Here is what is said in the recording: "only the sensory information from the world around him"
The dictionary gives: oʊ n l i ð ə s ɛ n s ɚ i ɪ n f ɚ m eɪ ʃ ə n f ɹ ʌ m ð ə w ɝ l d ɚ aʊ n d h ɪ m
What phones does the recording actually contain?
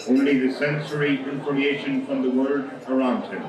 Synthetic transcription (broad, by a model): oʊ n l i ð ə s ɛ n s ɚ i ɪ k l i eɪ ʃ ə n f ɹ ʌ m ð ə w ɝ d ɚ aʊ n d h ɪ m